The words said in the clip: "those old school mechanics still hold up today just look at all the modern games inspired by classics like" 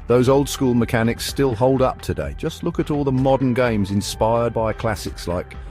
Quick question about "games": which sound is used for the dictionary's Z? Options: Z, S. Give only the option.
Z